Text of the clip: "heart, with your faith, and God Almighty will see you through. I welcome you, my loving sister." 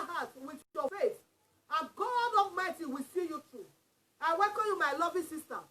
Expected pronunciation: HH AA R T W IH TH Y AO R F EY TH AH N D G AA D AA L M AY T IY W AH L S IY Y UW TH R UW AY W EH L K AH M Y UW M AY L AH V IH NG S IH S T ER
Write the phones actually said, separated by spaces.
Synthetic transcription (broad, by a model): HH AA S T W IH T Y AO F EY S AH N G AA D AA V M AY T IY W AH S IY Y UW T R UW AY W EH K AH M Y UW M AY L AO V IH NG S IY S T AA